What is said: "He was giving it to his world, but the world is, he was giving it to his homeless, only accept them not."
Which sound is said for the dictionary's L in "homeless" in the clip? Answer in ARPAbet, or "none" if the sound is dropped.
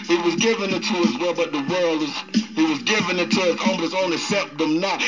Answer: none